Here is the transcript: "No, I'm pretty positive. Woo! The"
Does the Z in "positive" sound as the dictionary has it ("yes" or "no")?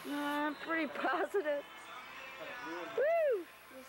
yes